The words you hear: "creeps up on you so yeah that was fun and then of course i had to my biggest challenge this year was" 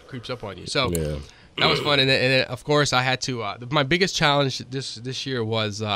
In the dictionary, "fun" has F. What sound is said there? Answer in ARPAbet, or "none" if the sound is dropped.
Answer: F